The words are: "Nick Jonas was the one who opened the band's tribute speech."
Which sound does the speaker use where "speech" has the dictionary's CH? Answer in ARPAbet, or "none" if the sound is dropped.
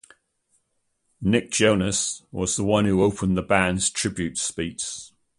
S